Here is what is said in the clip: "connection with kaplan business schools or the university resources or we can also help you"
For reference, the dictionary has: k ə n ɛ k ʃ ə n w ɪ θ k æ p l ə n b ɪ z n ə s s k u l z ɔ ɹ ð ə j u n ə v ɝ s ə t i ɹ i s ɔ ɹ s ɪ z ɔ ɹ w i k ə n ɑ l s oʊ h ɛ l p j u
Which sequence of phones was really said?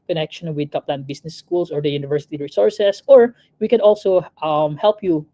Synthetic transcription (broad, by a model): k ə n ɛ k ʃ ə n w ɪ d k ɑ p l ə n b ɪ s n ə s s k u l s ɔ ɹ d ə j u n ə v ɝ s ə t i ɹ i s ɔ ɹ s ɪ s ɔ ɹ w i k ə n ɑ l s oʊ h ɛ l p j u